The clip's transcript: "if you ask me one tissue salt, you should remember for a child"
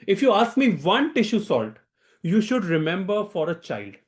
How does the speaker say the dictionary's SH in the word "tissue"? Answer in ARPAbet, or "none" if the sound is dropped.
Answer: SH